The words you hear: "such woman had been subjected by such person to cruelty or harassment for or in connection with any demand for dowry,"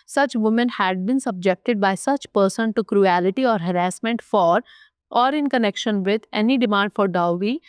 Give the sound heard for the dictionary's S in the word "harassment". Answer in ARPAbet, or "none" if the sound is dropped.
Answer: S